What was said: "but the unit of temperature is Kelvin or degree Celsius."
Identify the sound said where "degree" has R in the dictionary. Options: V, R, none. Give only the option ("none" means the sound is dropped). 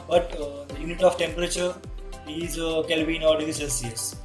none